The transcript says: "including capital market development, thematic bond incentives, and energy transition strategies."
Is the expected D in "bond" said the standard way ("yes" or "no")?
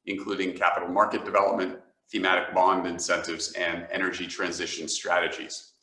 yes